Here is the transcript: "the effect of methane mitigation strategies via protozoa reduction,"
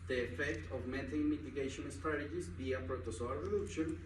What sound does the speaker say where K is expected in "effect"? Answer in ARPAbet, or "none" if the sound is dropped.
K